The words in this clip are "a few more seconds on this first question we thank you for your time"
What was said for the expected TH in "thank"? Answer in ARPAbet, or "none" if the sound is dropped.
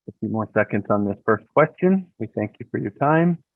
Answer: TH